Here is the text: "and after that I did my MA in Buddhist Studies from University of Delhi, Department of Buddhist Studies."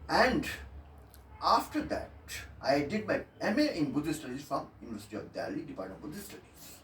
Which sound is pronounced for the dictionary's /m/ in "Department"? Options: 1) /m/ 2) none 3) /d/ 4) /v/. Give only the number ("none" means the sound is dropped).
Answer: 2